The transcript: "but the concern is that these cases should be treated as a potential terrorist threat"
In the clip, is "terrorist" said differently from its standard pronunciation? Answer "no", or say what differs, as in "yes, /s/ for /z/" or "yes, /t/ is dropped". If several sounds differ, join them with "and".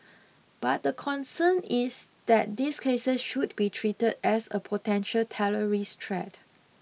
yes, /l/ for /ɹ/